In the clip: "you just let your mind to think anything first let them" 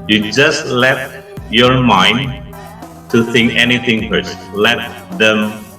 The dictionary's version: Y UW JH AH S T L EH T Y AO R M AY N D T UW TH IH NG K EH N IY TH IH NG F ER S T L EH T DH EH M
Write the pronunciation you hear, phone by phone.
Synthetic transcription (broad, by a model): Y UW JH AH S T L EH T Y AO R M AY N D T UW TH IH NG K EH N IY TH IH NG P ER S L EH T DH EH M